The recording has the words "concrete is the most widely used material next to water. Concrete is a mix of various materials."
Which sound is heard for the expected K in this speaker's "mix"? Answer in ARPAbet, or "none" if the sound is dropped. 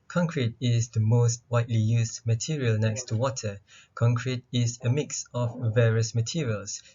K